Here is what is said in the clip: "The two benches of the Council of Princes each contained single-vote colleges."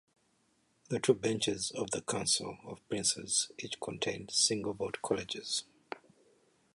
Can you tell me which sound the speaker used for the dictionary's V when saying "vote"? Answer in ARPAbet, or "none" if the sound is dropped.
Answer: B